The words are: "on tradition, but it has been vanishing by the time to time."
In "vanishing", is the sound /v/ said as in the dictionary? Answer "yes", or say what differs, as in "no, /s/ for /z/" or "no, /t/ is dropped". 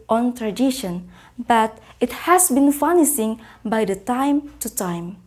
no, /f/ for /v/